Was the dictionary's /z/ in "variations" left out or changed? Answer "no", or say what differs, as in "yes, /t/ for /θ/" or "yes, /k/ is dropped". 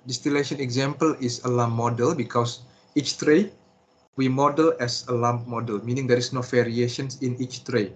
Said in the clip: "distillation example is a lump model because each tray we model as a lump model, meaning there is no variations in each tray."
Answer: yes, /s/ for /z/